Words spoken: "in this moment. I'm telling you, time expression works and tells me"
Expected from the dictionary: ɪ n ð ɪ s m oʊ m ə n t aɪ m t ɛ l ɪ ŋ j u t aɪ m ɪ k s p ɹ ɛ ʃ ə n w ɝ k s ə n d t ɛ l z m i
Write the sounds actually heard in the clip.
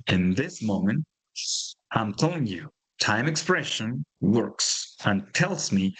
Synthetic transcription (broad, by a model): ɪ n ð ɪ s m oʊ m ə n t aɪ m t ɛ l ɪ ŋ j u t aɪ m ɪ k s p ɹ ɛ ʃ ə n w ɝ k s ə n t ɛ l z m i